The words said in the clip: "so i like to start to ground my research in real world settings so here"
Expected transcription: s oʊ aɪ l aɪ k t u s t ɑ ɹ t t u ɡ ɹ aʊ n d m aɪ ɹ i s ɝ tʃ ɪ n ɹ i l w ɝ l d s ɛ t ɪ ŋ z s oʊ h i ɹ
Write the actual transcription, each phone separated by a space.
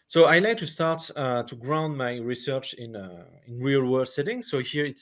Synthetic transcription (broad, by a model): s oʊ aɪ l aɪ k t u s t ɑ ɹ t t u ɡ ɹ aʊ n d m aɪ ɹ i s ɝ tʃ ɪ n ɹ i l w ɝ d s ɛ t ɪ ŋ s oʊ h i ɹ